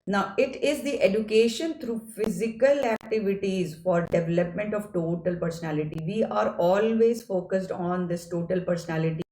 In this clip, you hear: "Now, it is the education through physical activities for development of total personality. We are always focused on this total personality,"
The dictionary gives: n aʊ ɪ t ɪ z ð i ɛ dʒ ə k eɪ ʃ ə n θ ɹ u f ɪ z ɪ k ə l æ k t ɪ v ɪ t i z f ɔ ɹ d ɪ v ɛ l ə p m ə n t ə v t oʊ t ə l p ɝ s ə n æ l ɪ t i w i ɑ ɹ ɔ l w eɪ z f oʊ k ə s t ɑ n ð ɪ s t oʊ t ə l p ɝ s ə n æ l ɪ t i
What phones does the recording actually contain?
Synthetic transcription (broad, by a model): n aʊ ɪ t ɪ z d i ɛ dʒ ə k eɪ ʃ ə n t ɹ u f ɪ z ɪ k ə l æ k t ɪ v ɪ t i z f ɔ ɹ d ɪ v ɛ l ə p m ə n t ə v t oʊ t ə l p ɝ s ə n æ l ɪ t i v i ɑ ɹ ɔ l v eɪ z f oʊ k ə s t ɑ n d ɪ s t oʊ t ə l p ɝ s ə n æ l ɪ t i